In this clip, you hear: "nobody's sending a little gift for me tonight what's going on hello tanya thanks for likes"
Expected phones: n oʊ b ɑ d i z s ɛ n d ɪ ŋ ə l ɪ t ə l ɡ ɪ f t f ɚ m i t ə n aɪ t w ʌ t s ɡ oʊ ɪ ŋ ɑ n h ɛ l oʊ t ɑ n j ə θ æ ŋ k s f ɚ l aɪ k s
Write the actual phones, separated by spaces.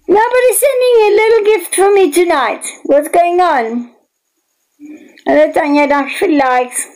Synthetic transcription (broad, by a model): n oʊ b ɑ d i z s ɛ n d ɪ ŋ ə l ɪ t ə l ɡ ɪ f t f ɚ m i t ə n aɪ t w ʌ t s ɡ oʊ ɪ ŋ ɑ n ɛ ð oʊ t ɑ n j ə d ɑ k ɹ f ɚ l aɪ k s